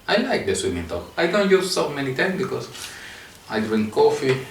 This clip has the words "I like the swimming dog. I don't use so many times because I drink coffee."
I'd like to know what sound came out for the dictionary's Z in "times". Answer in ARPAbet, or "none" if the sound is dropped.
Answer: none